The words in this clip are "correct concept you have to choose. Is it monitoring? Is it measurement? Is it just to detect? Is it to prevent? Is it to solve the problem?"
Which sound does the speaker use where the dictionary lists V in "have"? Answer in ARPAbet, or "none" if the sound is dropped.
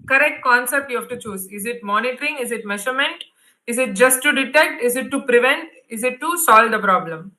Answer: F